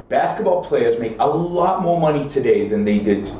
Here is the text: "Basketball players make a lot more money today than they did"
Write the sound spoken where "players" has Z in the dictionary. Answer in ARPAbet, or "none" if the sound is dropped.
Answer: Z